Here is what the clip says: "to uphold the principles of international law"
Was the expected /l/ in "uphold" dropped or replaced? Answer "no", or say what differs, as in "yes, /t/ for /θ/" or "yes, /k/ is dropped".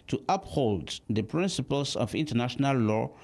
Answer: no